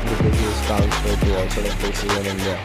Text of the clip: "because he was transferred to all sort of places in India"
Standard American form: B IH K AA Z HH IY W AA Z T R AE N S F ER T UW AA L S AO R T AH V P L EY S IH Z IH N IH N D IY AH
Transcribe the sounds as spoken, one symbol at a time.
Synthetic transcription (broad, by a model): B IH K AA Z HH IY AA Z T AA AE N F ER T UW AA L S AO R T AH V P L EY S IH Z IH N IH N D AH